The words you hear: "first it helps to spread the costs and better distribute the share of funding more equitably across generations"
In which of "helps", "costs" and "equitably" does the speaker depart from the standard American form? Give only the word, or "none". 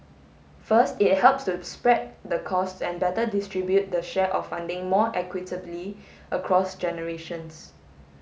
none